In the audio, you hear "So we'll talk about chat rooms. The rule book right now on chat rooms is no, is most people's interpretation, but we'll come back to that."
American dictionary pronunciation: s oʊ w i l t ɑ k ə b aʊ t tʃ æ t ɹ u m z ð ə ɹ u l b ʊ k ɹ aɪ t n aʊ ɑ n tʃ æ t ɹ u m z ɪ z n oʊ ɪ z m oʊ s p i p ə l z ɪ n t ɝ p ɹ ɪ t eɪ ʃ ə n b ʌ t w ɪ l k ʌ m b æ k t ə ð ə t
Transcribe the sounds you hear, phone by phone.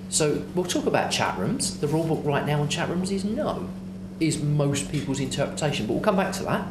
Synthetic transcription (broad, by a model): s oʊ w i l t ɑ k ə b aʊ t tʃ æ t ɹ u m z ð ə ɹ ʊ l b ʊ k ɹ aɪ t n aʊ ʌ n tʃ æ t ɹ u m z ɪ z n oʊ ɪ z m oʊ s p i p ə l z ɪ n t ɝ p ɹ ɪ t eɪ ʃ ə n b ʌ t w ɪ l k ʌ m b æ k t ə ð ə t